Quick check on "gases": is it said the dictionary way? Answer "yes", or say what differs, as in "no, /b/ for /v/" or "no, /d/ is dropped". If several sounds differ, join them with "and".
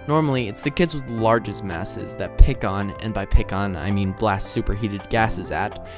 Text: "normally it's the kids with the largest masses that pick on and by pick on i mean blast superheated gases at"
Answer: yes